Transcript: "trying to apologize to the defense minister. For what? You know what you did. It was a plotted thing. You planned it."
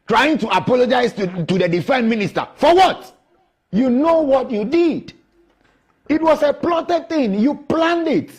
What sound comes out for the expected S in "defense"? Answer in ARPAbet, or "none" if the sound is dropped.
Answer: none